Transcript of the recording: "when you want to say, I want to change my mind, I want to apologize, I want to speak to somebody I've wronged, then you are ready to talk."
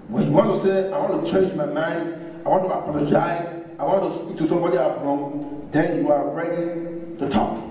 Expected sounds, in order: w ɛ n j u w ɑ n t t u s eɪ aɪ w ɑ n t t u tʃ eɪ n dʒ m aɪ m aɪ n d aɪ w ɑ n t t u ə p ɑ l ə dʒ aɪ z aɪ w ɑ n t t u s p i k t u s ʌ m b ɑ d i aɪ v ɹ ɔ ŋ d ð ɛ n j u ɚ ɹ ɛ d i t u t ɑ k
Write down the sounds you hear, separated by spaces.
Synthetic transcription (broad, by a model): w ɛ n j u w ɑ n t t u s eɪ aɪ w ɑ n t t u tʃ eɪ n dʒ m aɪ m aɪ n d aɪ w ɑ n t t u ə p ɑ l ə dʒ aɪ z aɪ w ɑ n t t u s p i k t u s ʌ m b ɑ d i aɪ f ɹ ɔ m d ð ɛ n j u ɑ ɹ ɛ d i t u t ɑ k